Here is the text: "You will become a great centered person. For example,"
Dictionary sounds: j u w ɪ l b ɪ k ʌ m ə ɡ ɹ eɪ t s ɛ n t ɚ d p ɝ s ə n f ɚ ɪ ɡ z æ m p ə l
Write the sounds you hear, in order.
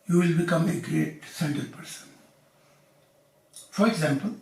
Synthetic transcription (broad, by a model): j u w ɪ l b ɪ k ʌ m ə ɡ ɹ eɪ t s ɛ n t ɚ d p ɝ s ə n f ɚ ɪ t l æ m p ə